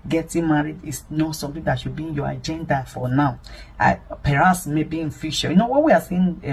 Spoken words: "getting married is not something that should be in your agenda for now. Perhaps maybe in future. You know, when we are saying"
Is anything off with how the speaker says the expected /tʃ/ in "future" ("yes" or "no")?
yes